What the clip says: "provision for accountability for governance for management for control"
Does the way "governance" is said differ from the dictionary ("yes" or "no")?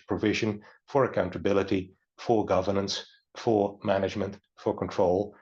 no